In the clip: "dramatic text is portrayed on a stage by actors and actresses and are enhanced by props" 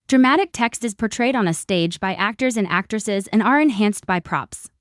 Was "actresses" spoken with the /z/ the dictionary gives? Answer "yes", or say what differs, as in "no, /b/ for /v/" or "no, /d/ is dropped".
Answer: yes